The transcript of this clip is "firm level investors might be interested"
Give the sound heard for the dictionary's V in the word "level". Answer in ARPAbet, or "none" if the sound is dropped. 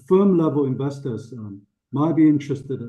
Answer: V